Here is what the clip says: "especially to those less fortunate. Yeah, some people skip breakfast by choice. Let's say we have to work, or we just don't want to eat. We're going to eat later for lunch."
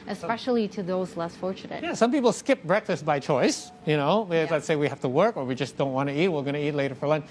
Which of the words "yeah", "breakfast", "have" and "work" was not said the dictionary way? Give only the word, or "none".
have